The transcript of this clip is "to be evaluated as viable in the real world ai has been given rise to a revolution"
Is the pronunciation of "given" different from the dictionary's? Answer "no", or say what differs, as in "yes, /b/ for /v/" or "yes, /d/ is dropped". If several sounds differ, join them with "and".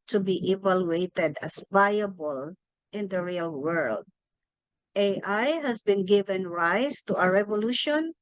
no